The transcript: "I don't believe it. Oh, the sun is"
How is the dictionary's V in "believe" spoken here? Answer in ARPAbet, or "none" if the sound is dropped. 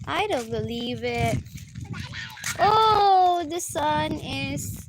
V